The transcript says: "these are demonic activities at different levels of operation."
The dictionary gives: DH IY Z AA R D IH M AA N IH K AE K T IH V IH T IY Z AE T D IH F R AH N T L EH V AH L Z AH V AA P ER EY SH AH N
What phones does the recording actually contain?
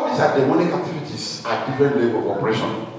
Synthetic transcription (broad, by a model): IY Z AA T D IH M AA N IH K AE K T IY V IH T IY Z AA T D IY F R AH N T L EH B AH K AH P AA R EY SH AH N